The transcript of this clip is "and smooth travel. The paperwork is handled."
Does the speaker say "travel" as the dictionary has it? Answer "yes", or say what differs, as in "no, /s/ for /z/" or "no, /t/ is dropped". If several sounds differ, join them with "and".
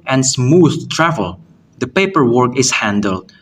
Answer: yes